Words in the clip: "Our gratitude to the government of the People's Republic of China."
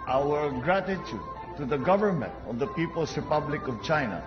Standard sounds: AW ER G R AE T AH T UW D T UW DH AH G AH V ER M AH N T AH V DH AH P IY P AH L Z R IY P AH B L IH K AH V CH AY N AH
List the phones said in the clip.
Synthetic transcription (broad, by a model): AW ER G R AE T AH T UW D T UW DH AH G AH V ER M AH N T AH V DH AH P IY P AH L S R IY P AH B L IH K AH V CH AY N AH